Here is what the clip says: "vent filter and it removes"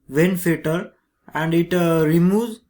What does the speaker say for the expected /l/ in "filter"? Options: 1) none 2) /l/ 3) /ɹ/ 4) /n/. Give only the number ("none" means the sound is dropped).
1